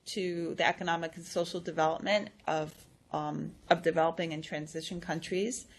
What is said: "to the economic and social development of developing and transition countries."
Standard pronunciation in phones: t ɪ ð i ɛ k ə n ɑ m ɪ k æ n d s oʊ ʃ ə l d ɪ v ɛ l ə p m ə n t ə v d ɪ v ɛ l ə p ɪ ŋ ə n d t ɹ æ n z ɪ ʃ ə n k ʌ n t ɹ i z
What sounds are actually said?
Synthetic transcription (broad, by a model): t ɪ ð i ɛ k ə n ɑ m ɪ k n s oʊ ʃ l d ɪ v ɛ l ə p m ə n t ə v d ɪ v ɛ l ə p ɪ ŋ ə n t ɹ æ n z ɪ ʃ ə n k ʌ n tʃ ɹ i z